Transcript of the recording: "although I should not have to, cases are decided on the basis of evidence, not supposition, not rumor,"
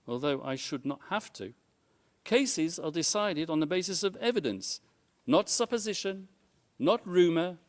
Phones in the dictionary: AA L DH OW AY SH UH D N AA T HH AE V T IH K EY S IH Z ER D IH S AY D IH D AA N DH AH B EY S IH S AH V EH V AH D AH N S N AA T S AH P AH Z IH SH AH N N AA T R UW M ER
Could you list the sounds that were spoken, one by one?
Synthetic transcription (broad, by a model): AA L DH OW AY SH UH D N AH T HH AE F T IH K EY S IH Z ER D IH S AY D IH D N DH AH B EY S IH S AH V EH V AH D AH N S N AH T S AH P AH Z IH SH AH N N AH T R UW M ER